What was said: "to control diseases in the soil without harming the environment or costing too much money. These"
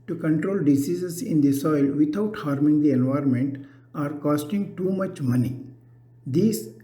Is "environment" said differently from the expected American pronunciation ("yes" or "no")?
no